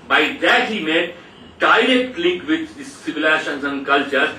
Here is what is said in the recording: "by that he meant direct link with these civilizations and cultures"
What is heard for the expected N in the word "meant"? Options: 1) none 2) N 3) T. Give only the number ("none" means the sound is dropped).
1